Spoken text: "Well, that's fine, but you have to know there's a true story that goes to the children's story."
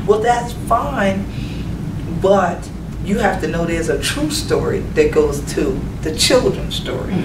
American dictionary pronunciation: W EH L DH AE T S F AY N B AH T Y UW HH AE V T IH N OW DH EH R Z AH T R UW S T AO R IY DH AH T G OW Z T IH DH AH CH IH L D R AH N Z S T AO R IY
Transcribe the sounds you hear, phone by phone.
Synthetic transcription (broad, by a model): W EH L DH AE T S F AY N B AH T Y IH HH AE F T IH N OW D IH Z AH T R UW S T AO R IY DH AH T G OW Z T IH DH AH CH IH L D R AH N S T AO R IY